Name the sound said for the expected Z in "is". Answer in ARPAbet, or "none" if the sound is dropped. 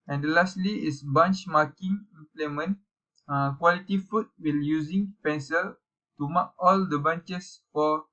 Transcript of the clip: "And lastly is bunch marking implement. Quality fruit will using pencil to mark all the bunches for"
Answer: S